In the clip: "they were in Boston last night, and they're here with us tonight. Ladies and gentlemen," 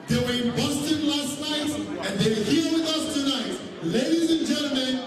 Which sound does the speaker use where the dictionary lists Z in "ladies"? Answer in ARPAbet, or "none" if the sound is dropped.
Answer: Z